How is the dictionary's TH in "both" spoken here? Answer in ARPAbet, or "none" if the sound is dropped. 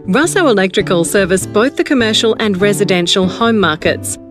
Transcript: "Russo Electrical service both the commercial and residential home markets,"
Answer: TH